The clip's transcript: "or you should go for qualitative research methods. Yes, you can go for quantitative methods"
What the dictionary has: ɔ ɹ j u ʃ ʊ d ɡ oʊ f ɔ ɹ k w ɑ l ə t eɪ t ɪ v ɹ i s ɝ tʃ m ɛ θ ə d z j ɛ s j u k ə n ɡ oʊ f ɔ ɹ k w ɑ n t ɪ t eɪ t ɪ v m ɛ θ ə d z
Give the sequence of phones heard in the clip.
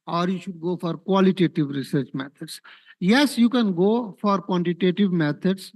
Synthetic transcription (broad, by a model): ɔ ɹ j u ʃ ʊ d ɡ oʊ f ɔ ɹ k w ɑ l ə t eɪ t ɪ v ɹ i s ɝ tʃ m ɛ t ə d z j ɛ s j u k ə n ɡ oʊ f ɔ ɹ k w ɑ n t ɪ t eɪ t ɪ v m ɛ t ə d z